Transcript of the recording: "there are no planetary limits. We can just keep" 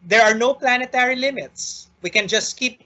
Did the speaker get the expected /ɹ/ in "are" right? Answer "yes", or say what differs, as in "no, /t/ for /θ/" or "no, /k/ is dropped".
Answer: yes